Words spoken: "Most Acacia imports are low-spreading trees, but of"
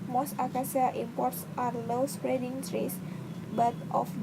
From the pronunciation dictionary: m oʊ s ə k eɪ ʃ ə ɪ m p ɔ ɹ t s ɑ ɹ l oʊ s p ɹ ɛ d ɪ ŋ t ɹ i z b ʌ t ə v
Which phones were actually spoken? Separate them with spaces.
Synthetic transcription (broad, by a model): m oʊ s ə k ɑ s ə ɪ m p ɔ ɹ t s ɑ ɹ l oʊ s p ɹ ɛ d ɪ ŋ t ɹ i s b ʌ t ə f